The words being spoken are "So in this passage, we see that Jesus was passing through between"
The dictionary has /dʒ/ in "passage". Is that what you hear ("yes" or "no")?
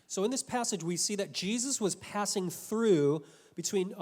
yes